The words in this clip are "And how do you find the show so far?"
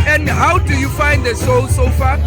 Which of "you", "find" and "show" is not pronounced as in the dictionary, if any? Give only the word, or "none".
show